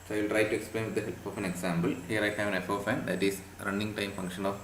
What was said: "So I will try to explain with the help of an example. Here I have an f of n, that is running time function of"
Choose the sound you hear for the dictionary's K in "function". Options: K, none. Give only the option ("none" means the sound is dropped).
K